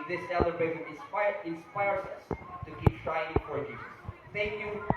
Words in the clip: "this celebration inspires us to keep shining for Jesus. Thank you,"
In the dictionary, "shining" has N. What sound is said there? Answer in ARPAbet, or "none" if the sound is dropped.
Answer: none